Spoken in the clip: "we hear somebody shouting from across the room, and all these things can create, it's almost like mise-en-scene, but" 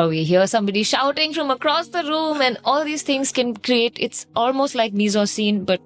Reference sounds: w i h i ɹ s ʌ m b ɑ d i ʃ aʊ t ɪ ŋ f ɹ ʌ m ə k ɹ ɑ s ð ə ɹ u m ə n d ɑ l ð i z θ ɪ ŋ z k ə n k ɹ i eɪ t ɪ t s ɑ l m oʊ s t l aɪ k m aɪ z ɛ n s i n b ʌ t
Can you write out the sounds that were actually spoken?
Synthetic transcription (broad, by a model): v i h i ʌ s ʌ m b ɑ d i ʃ aʊ t ɪ ŋ f ɹ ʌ m ə k ɹ ɑ s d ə ɹ u m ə n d ɑ l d i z t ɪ ŋ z k ə n k ɹ i eɪ t ɪ t s ɑ l m oʊ s t l aɪ k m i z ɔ s i n b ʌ t